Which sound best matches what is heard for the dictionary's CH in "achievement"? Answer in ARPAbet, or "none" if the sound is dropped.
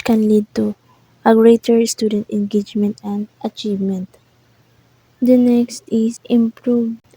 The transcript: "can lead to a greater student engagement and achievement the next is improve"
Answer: CH